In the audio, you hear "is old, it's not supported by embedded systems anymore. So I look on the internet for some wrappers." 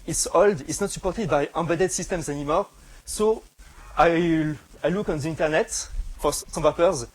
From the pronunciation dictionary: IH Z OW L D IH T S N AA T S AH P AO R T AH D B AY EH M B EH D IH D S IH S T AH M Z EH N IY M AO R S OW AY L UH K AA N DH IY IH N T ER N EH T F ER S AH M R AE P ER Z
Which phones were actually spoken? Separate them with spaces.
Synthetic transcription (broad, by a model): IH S OW L D IH T S N AA T S AH P AO R T AH D B AY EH B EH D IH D S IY S T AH M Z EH N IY M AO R S OW AY L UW K AA N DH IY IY N T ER N EH T F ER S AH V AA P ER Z